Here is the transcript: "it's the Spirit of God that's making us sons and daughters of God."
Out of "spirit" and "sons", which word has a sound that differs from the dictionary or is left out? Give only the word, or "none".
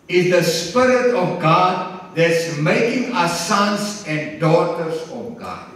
sons